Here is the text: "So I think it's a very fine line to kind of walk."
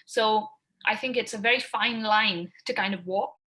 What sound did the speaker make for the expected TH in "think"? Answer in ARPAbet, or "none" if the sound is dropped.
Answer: TH